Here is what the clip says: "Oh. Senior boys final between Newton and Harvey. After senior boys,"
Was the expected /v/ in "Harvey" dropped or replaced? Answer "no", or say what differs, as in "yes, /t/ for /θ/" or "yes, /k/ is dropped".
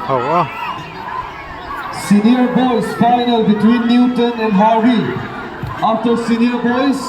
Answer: yes, /v/ is dropped